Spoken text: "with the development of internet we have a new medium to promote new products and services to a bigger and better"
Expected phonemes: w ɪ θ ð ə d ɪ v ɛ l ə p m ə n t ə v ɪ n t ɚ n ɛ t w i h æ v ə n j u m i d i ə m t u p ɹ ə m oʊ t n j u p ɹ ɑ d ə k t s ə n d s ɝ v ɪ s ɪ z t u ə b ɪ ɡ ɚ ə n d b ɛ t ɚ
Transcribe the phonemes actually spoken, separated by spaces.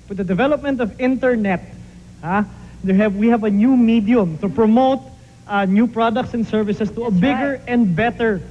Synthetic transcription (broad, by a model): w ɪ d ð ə d ɪ v ɛ l ə p m ə n t ə v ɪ n t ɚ n ɛ t w i h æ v ə n j u m i d i ə m t u p ɹ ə m oʊ t n j u p ɹ ɑ d ə k t s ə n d s ɝ v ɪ s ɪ s t u ə b ɪ ɡ ɚ ə n d b ɛ t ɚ